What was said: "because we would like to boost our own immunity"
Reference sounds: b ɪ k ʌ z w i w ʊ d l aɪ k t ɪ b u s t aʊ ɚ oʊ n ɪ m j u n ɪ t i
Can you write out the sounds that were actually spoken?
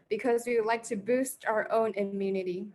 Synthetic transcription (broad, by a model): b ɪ k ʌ z w i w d l aɪ k t ɪ b u s t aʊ ɚ oʊ n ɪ m j u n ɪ t i